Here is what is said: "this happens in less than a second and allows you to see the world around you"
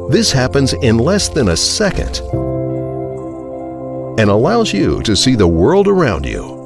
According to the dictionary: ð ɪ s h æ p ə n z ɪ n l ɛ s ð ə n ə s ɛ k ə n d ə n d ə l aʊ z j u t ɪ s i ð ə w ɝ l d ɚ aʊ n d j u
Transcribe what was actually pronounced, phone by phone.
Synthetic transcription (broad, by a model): ð ɪ s h æ p ə n z ɪ n l ɛ s ð ə n ə s ɛ k ə n d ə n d ə l aʊ z j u t ɪ s i ð ə w ɝ l d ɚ aʊ n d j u